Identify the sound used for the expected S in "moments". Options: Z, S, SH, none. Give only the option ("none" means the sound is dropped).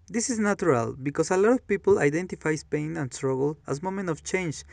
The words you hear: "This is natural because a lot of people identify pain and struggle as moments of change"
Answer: none